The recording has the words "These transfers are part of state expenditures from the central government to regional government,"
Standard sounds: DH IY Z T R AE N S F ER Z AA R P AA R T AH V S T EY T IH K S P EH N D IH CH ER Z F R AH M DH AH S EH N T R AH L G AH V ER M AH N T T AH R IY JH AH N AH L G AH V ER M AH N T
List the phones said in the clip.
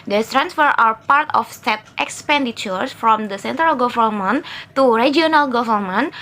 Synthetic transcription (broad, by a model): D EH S T R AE N S F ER AA W P AA R T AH F S T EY T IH K S P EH N D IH CH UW S F R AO M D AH S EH N T R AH L G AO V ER M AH N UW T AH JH IY AH N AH L G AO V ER M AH N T